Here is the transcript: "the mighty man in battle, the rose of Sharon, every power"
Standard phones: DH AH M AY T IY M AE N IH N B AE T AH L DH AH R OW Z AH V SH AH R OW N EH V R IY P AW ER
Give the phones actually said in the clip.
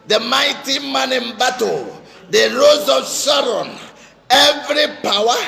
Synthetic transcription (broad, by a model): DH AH M AY T IY M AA N IH N B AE T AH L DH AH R OW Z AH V S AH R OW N EH V R IY P AW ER